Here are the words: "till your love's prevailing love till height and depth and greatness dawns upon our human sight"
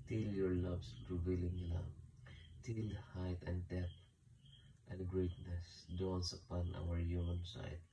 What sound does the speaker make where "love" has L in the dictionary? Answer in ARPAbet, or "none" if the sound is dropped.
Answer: N